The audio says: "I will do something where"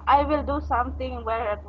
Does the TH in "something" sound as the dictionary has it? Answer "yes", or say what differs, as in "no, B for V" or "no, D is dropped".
no, T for TH